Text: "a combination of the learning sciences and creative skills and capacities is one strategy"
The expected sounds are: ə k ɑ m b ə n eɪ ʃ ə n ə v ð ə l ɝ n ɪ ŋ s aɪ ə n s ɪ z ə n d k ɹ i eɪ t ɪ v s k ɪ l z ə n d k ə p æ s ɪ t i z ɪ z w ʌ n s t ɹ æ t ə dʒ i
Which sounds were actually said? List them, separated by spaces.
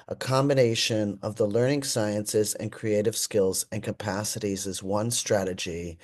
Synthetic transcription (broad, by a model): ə k ɑ m b ə n eɪ ʃ ə n ə v ð ə l ɝ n ɪ ŋ s aɪ ə n s ɪ z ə n k ɹ i eɪ t ɪ v s k ɪ l z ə n k ə p æ s ɪ t i z ɪ z w ʌ n s t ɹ æ t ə dʒ i